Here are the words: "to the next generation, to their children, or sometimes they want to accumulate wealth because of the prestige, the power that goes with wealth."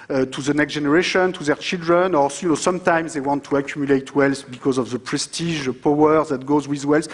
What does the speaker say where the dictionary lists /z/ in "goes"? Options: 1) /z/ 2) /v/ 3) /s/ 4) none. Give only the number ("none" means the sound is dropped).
1